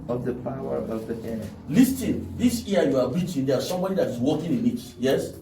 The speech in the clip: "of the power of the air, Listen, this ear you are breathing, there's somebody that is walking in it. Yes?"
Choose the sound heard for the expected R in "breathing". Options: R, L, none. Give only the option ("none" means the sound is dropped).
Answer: none